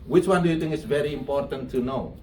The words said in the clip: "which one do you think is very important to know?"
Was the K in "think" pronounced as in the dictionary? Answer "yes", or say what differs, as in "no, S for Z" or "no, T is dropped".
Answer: no, K is dropped